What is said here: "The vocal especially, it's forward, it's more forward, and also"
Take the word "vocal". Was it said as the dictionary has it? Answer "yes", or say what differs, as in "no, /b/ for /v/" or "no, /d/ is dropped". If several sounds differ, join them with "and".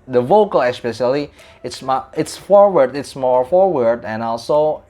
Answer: yes